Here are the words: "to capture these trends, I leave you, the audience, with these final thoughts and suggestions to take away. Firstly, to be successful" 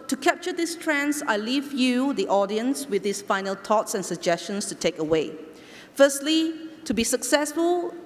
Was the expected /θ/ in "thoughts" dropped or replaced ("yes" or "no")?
yes